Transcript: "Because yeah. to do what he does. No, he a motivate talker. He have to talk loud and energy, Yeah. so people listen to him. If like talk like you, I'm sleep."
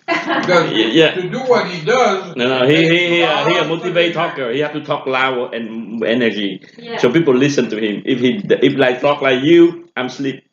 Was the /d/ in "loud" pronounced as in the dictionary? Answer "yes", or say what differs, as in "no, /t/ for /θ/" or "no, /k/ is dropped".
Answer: no, /d/ is dropped